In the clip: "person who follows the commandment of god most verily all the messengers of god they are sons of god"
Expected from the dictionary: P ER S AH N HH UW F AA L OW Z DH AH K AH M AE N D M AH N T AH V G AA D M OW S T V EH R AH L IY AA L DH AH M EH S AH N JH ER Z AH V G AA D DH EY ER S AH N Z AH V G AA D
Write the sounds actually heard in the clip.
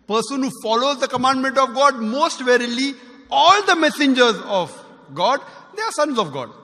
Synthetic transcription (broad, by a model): P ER S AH N HH UW F AA L OW Z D AH K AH M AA N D M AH N T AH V G AA D M OW S T V EH R AH L IY AA L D AH M EH S AH N JH ER Z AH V G AA D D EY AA S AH N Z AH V G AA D